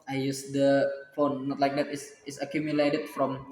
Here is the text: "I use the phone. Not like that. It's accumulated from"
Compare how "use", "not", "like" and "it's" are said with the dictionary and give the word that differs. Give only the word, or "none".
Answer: it's